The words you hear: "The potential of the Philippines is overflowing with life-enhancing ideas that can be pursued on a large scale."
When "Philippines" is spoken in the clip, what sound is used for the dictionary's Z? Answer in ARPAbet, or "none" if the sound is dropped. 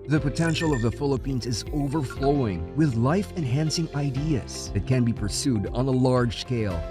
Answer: Z